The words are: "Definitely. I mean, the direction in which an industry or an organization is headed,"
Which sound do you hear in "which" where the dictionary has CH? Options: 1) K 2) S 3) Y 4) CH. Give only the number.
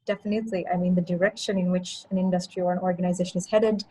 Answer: 4